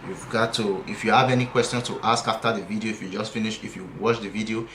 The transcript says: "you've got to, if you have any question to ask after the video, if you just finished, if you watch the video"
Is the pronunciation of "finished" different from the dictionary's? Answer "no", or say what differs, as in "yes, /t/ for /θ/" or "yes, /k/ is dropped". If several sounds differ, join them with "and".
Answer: yes, /t/ is dropped